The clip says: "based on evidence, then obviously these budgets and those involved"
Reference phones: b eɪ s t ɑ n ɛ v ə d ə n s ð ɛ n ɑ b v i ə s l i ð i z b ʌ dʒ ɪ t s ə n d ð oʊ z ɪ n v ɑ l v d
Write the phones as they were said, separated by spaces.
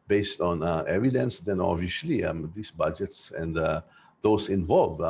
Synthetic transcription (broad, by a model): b eɪ s t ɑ n ɛ v ə d ə n s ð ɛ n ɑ v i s l i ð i s b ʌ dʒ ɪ t s ə n d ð oʊ s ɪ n v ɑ l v